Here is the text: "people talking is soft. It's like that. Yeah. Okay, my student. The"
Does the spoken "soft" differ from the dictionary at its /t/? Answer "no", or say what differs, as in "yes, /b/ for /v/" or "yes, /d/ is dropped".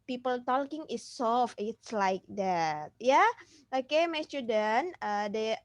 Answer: yes, /t/ is dropped